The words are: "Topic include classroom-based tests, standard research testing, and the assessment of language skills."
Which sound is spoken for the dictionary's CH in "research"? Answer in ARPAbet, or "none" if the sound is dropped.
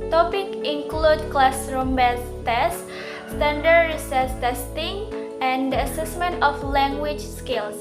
S